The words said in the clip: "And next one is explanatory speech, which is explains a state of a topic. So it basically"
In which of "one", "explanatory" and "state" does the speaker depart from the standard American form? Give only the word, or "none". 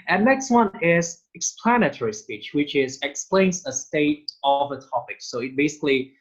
none